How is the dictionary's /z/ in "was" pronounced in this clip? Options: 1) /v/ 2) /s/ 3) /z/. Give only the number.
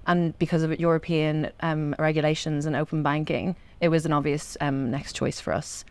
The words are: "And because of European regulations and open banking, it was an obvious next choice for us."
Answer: 3